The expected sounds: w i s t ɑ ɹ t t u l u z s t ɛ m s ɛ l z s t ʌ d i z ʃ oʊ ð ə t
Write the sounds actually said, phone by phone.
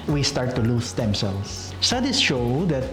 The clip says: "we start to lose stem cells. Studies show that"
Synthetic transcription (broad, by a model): w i s t ɑ ɹ t t u l u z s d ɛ m s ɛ l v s s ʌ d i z ʃ oʊ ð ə t